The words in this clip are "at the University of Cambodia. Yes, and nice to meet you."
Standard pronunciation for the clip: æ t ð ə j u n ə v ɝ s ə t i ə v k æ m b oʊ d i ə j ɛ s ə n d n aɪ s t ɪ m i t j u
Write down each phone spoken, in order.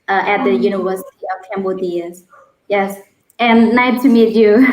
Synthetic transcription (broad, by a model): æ t ð ə j u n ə v ɝ s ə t i ə v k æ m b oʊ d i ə j ɛ s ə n n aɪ t ɪ m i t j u